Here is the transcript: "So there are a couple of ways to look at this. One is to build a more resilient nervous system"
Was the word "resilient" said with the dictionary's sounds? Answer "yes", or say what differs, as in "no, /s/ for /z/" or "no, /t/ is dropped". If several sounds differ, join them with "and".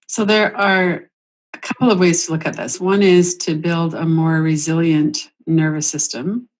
yes